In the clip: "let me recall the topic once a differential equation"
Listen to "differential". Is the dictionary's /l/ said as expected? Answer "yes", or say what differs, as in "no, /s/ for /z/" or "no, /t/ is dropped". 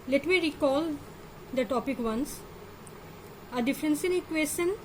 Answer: no, /n/ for /l/